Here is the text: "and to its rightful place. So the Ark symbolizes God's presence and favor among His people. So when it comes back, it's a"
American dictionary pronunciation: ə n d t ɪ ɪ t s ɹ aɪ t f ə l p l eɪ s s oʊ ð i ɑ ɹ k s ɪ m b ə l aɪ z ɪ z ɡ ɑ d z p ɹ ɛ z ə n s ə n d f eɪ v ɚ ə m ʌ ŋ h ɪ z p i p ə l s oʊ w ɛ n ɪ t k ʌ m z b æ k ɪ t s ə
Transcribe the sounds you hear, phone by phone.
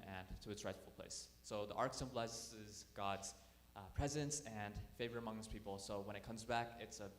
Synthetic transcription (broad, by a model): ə n t ɪ ɪ t s ɹ aɪ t f l p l eɪ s s oʊ ð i ɑ ɹ k s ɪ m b l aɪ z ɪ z ɡ ɑ d z p ɹ ɛ z ə n s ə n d f eɪ v ɚ ə m ʌ ŋ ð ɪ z p i p l s oʊ w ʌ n ɪ t k ʌ m z b æ k ɪ t s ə